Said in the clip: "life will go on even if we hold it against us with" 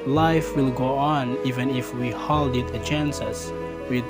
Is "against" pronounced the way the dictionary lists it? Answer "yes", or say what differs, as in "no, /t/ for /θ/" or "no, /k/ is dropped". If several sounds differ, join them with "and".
no, /t/ is dropped